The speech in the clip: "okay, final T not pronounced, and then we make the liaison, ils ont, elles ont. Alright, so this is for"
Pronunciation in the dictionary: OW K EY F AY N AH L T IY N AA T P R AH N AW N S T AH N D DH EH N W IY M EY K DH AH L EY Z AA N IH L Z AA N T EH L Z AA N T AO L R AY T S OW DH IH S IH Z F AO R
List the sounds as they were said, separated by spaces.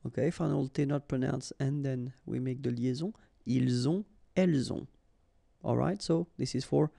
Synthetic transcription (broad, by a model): OW K EY F AY N AH L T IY N AA T P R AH N AW N S AH N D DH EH N W IY M EY K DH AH L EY Z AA IY L Z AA EH L Z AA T AO L R AY T S OW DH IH S IH Z F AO R